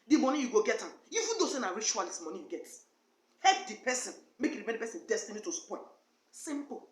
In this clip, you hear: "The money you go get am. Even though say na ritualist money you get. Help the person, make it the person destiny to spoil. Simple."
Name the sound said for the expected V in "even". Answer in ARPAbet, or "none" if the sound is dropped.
F